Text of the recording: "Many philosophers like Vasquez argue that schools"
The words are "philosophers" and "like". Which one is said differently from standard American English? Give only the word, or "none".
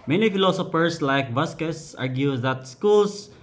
philosophers